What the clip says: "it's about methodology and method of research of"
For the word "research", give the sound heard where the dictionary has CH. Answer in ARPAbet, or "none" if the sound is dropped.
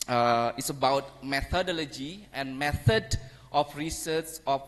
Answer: S